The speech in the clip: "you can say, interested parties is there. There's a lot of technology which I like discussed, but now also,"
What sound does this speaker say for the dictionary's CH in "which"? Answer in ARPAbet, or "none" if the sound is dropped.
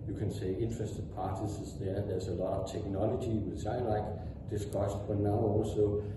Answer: S